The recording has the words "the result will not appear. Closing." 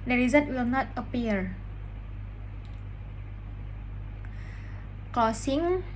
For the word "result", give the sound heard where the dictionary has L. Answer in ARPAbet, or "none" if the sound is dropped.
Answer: none